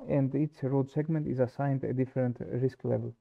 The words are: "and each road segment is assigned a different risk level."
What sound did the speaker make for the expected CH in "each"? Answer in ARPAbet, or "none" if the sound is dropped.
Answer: S